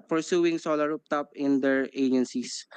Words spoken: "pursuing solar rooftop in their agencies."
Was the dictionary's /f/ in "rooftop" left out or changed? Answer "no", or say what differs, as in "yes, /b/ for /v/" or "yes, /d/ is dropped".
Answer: yes, /p/ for /f/